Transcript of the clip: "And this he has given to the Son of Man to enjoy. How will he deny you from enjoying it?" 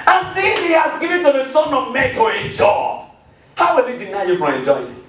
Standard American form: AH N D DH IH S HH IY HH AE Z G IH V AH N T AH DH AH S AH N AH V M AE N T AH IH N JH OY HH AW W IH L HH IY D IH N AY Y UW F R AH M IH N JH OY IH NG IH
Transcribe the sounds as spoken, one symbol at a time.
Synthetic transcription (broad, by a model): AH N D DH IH HH IY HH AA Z G IH V AH N T AH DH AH S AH N AH V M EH T AH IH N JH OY HH AW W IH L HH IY D IH N AY Y UW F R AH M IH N JH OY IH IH